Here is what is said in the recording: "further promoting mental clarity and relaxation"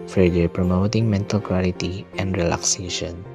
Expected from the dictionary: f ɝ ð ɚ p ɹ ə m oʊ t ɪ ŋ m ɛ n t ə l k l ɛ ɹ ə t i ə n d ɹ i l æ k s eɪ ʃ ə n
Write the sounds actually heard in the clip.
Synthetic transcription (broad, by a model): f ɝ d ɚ p ɹ ə m oʊ t ɪ ŋ m ɛ n t ə l k w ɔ l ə t i ə n d ɹ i l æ k s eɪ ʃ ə n